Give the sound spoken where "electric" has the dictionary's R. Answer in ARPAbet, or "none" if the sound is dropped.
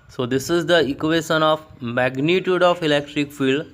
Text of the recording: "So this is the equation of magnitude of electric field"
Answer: R